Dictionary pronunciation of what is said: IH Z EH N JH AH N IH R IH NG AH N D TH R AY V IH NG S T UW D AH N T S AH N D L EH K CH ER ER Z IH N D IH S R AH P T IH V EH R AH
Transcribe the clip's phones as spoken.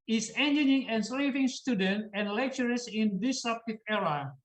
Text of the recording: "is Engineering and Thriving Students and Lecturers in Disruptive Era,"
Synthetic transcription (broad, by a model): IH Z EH N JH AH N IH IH NG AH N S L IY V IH NG S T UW D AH N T AH N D L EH K CH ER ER S IH N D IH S AH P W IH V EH R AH